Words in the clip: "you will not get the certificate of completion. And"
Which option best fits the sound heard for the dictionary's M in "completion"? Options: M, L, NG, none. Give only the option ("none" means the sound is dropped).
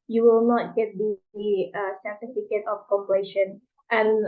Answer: none